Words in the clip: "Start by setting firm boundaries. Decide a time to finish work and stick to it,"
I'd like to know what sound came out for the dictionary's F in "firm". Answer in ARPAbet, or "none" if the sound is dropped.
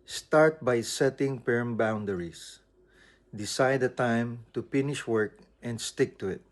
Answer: P